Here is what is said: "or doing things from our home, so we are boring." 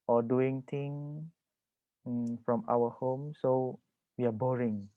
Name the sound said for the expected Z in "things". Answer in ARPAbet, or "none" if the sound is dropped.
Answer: none